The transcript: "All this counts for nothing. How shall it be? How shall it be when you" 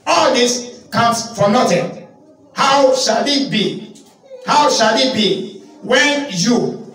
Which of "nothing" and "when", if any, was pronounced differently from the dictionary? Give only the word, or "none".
nothing